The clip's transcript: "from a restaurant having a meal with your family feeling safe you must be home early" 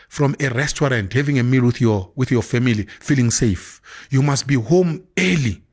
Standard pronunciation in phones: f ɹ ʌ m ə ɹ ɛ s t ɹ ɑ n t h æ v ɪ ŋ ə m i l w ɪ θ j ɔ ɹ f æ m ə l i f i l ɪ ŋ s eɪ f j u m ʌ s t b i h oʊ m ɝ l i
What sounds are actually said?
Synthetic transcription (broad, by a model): f ɹ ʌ m ə ɹ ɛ s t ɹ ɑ n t h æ v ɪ ŋ ə m i l w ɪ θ j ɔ w f æ m ə l i f i l ɪ ŋ s eɪ f j u m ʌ s t b i h oʊ m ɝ l i